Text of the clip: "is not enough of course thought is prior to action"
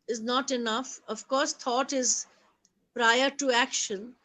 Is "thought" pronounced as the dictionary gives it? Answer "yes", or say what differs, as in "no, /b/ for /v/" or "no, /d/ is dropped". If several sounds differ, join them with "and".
no, /t/ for /θ/